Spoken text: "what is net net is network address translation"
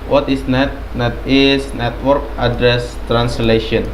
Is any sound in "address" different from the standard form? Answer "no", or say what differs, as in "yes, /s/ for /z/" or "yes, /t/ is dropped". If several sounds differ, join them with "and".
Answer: no